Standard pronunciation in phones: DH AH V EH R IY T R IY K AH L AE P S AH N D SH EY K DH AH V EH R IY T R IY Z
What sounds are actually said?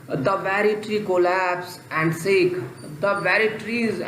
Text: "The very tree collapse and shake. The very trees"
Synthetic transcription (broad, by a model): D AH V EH R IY T R IY K AH L AE P S AH N D S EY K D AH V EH R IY T R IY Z